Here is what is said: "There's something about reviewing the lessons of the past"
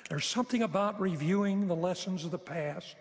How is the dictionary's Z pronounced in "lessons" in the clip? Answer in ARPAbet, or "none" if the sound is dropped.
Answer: Z